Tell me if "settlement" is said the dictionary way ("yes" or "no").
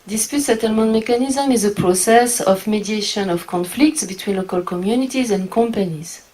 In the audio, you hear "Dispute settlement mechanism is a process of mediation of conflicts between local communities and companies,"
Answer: yes